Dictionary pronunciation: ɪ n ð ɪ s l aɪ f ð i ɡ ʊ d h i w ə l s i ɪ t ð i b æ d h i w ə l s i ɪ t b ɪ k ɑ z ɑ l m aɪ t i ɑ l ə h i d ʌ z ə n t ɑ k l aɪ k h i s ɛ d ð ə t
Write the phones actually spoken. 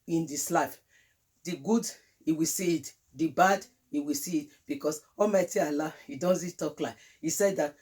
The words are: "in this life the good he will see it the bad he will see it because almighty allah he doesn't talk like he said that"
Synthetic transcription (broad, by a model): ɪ n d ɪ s l aɪ f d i ɡ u d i w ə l s i ɪ t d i b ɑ d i w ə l s i ɪ t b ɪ k ɑ s ɑ l m aɪ t i ɑ l ə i d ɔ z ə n t ɑ k l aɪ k i s ɛ d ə t